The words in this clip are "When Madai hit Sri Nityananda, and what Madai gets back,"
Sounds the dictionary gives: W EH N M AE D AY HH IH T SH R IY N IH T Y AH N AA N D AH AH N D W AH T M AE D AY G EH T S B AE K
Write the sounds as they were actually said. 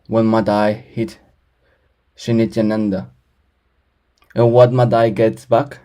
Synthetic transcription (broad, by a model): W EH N M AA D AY HH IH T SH IY N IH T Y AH N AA N D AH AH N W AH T M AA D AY G EH T S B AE K